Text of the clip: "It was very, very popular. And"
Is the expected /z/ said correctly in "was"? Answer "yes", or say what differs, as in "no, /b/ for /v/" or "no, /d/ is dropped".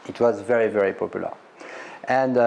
yes